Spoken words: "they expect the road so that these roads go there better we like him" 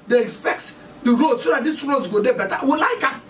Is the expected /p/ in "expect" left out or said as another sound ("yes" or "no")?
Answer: no